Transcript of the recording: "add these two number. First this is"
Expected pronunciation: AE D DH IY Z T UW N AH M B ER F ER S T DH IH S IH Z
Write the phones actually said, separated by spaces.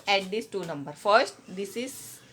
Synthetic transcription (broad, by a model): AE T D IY S T UW N AH M B ER F ER S T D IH S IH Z